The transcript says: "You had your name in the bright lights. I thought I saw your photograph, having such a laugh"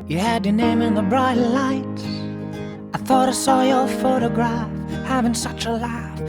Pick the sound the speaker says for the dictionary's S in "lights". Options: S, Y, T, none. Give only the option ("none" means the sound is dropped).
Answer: none